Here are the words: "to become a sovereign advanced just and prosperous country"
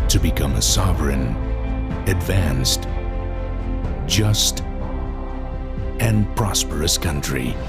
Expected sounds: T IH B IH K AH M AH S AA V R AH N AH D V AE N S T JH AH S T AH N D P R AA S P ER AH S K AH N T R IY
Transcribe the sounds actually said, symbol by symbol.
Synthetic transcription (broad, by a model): T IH B IH K AH M AH S AA V R AH N AH D V AE N S T JH AH S T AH N P R AA S P ER AH S K AH N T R IY